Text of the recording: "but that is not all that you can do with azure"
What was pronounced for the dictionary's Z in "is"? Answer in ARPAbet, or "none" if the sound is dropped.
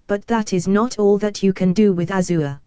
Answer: Z